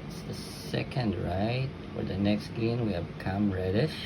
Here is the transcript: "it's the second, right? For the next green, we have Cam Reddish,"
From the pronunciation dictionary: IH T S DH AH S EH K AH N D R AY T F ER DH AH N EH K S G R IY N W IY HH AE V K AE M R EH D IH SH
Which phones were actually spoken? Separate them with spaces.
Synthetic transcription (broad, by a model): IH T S DH AH S EH K AH N D R AY T F ER DH AH N EH K S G IY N W IY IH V K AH M R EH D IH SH